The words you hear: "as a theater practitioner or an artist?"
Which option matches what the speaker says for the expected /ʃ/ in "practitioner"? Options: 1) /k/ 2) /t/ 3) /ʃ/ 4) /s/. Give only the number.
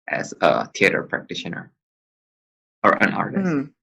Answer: 3